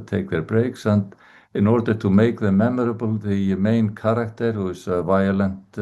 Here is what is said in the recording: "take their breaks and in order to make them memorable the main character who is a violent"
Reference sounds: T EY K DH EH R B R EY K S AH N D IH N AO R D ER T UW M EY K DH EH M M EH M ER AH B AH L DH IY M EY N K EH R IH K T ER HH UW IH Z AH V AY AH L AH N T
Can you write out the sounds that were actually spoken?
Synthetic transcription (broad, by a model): T EY K DH EH R B R EY K S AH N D IH N AO R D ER T UW M EY K DH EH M M EH M ER AH B AH L DH IY M EY N K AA R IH K T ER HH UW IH S AH V AY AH L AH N T